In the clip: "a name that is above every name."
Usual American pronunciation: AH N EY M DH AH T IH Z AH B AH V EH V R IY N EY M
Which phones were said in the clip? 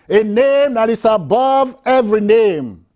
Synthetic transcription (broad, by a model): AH N EY M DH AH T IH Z AH B AH V EH V R IY N EY M